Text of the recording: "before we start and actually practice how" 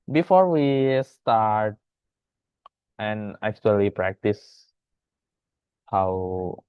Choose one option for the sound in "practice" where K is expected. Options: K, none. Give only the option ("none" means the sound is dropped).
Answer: K